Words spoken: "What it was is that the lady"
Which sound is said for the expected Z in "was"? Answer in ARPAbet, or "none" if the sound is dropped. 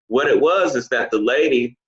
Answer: Z